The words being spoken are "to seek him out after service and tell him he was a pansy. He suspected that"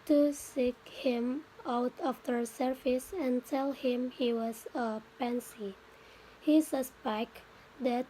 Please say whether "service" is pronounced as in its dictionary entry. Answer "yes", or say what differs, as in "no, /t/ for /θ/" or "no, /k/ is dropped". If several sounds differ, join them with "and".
no, /f/ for /v/